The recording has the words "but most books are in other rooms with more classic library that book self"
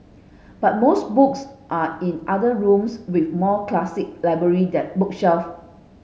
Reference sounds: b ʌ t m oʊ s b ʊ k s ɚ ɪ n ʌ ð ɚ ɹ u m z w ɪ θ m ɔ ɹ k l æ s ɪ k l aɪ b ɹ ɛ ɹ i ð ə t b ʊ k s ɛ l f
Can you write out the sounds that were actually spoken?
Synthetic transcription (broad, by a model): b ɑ t m oʊ s b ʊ k s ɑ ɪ n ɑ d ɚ ɹ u m s w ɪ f m ɔ k l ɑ s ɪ k l aɪ b ɹ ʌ ɹ i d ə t b ʊ k ʃ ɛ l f